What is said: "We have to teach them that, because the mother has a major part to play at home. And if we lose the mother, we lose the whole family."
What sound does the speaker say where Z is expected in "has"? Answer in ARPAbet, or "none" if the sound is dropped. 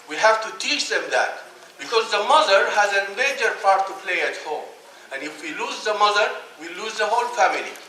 Z